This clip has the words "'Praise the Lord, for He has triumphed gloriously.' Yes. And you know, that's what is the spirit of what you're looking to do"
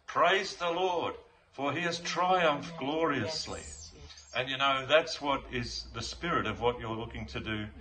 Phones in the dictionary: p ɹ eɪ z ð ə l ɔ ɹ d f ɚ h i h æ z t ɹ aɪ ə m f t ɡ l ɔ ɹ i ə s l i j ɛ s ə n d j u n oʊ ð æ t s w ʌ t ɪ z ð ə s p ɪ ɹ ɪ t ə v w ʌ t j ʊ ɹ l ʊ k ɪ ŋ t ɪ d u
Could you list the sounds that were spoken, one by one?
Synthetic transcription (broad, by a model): p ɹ eɪ z ð ə l ɔ ɹ d f ɚ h i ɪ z t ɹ aɪ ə m f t ɡ l ɔ ɹ i ə s l i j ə n j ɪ n oʊ ð æ t s w ʌ t ɪ z ð ə s p ɪ ɹ ɪ t ə v w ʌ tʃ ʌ ɹ l ʊ k ɪ ŋ t ɪ d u